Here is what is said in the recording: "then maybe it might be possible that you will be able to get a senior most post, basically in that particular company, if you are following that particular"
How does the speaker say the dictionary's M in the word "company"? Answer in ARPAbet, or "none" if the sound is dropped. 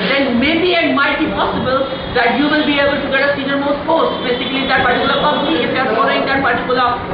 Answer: none